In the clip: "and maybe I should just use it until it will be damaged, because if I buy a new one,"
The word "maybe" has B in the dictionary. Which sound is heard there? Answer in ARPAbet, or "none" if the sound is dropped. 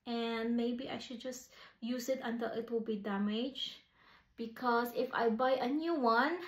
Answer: B